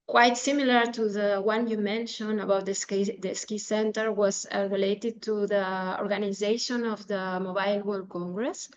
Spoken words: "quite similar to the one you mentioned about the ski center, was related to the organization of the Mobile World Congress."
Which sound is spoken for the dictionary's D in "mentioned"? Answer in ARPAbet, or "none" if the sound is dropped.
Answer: none